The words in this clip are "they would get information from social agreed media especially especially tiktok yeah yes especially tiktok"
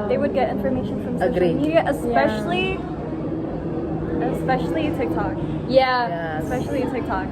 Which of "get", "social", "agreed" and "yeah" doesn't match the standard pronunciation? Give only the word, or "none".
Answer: social